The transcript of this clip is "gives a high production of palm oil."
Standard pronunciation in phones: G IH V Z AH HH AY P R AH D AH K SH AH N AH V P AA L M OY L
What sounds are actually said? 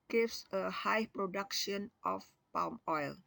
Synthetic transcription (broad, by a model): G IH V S AH HH AY P R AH D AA K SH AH N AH F P AA L M OY L